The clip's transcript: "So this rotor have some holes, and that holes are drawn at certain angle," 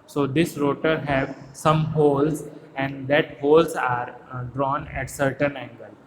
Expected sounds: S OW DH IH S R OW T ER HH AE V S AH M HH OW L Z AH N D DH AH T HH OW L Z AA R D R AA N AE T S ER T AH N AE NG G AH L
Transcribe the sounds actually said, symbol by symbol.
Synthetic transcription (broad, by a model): S OW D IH S R OW T ER HH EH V S AH M HH OW L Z AH N D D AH T HH OW L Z AA R D R AA N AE T S ER T AH N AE NG G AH L